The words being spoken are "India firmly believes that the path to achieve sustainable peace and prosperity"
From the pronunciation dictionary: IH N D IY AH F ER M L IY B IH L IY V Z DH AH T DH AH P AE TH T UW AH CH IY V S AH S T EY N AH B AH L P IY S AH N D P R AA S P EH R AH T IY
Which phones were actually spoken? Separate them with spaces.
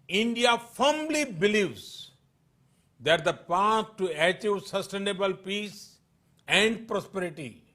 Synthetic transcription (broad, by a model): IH N D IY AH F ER M L IY B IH L IY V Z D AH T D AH P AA S T UW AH CH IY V S AH S T EY N AH B AH L P IY S AH N D P R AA S P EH R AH T IY